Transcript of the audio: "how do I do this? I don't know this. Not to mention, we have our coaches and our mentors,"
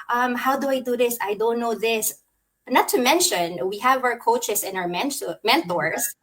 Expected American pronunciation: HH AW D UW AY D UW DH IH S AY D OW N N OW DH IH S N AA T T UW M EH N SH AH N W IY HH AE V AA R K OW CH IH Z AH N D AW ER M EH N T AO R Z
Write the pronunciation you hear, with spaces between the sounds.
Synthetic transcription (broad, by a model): HH AW D UW AY D UW DH IH S AY D OW N N OW DH IH S N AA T T UW M EH N SH AH N W IY HH AE V AA R K OW CH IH S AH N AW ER M EH N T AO R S